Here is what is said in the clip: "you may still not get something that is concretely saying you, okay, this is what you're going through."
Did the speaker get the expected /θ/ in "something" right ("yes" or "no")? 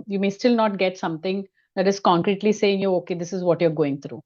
no